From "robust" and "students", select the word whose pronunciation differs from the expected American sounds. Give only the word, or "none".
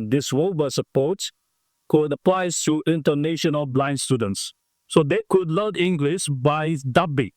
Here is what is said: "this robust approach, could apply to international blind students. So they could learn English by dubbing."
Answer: robust